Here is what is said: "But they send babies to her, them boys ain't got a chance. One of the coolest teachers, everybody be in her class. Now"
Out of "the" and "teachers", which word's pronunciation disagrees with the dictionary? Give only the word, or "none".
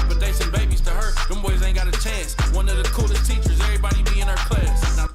none